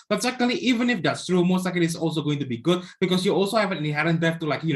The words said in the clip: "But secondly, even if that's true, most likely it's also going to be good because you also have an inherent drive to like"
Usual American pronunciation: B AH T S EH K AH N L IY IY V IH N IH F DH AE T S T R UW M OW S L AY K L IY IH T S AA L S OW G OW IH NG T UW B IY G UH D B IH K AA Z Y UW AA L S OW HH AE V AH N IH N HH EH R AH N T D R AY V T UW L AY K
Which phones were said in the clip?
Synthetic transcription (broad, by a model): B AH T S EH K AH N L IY IY V IH N IH F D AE T S T R UW M OW S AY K IY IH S AA L S OW G OW IH NG T UW B IY G UH D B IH K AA S Y UW AA L S OW HH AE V AH N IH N HH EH R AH N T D EH F T UW L AY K